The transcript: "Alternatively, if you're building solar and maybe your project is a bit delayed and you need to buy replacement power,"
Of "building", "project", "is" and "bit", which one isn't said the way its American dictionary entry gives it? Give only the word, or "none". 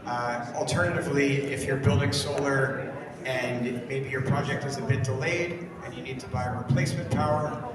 none